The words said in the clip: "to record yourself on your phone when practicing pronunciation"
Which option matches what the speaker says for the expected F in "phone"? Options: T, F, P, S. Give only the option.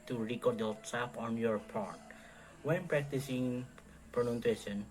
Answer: P